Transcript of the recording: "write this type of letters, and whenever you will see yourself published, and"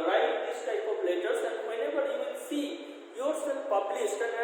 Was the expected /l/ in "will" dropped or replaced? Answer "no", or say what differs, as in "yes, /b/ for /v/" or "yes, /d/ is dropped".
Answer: yes, /n/ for /l/